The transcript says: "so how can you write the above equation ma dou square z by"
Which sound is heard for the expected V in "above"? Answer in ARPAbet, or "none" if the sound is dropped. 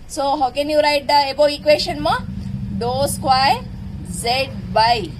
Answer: none